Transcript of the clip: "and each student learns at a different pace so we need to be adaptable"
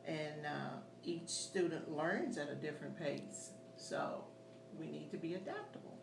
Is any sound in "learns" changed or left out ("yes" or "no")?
no